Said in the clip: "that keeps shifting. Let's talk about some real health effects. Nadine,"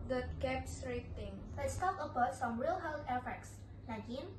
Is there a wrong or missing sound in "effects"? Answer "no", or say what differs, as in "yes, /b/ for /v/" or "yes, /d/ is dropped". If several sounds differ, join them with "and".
no